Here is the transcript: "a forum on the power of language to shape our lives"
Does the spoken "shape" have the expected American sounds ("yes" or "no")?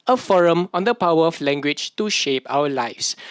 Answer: yes